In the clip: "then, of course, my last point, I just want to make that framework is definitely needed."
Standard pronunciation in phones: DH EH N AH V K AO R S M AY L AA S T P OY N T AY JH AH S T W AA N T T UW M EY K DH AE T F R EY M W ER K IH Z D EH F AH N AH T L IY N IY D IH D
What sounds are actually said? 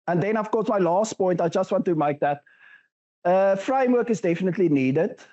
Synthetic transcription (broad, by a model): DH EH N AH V K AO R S M AY L AA S T P OY N T AY JH AH S T W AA N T T UW M EY K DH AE T F R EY M W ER K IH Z D EH F AH N AH T L IY N IY D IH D